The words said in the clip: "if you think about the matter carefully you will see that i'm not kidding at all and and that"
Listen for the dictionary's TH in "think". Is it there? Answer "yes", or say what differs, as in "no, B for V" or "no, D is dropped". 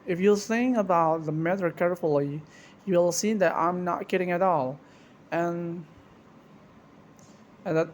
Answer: no, S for TH